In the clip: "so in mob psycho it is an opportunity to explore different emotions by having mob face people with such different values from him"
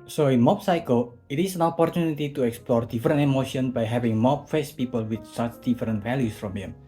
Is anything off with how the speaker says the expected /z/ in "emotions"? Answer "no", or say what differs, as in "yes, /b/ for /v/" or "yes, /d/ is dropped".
yes, /z/ is dropped